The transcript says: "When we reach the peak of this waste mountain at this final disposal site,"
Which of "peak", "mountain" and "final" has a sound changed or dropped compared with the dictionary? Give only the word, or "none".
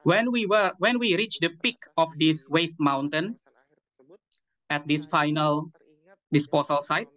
none